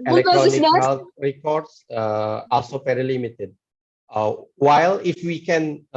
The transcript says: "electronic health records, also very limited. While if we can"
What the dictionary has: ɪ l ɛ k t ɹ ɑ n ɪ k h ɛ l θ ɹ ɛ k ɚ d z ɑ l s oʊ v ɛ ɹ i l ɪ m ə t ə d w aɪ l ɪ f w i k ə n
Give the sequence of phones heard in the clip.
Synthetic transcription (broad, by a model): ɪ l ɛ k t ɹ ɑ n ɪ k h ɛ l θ ɹ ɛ k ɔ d s ɑ l s oʊ p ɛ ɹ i l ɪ m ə t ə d w aɪ l ɪ f w i k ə n